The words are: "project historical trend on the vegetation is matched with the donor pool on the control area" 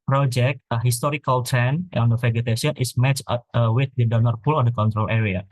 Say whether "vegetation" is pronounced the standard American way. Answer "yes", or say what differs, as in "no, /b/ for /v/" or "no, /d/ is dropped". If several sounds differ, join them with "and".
no, /f/ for /v/